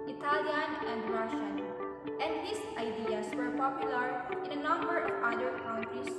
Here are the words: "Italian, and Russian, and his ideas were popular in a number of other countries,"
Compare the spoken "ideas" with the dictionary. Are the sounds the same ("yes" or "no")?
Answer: no